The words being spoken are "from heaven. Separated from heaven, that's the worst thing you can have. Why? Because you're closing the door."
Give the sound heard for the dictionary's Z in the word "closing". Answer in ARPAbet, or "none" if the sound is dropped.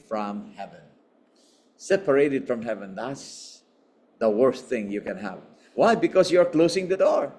S